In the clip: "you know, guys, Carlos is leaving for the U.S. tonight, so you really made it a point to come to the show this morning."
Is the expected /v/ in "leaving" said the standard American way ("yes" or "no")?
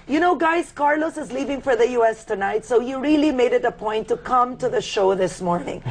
yes